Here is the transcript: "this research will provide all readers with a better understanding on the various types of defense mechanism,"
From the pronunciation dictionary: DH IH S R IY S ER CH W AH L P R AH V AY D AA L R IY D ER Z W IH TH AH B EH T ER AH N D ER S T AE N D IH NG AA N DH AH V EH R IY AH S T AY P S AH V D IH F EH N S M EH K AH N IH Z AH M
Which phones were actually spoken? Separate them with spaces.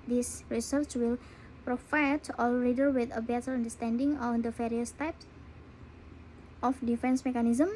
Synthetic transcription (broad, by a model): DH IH S R IY S ER CH W AH L P R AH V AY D AA L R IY D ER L W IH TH AH B EH T ER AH N D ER S T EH N D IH NG AA N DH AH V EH R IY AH S T AY P S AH F D IH F EH N S M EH K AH N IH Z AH M